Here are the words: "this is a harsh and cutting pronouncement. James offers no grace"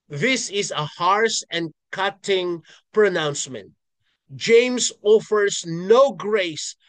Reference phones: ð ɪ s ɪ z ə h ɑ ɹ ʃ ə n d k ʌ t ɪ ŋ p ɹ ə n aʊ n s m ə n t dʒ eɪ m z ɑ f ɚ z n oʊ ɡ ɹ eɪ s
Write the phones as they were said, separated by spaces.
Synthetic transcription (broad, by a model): ð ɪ s ɪ z ə h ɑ ɹ s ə n k ʌ t ɪ ŋ p ɹ ə n aʊ n s m ə n t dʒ eɪ m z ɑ f ɚ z n oʊ ɡ ɹ eɪ s